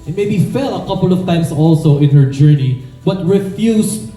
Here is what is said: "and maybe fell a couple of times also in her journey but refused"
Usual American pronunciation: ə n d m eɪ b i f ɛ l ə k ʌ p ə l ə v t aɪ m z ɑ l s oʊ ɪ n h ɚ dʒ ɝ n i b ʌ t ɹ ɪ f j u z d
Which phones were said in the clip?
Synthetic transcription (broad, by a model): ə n m eɪ b i f ɛ l ə k ʌ p ə l ə v t aɪ m s ɑ l s oʊ ɪ n h ɚ dʒ ɝ n i b ʌ t ɹ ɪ f j u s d